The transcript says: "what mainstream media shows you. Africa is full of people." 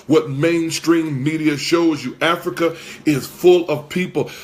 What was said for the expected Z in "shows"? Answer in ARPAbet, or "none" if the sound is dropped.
Z